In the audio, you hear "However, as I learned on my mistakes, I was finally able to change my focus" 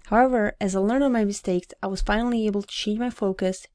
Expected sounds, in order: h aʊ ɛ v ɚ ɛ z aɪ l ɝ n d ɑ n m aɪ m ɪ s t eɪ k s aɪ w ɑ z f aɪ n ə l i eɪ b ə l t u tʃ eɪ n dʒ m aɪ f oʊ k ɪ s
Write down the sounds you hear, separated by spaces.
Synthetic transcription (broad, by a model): h aʊ ɛ v ɚ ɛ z aɪ l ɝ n ɑ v m aɪ m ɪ s t eɪ k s aɪ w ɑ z f aɪ n ə l i eɪ b ə l t u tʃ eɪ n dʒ m aɪ f oʊ k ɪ s